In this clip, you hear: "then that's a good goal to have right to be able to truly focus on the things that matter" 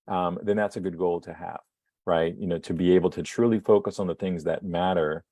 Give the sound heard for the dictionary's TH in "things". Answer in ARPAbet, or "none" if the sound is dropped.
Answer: TH